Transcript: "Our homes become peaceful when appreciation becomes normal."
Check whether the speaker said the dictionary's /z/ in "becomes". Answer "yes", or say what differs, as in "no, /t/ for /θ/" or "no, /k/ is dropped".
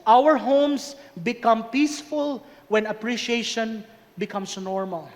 no, /s/ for /z/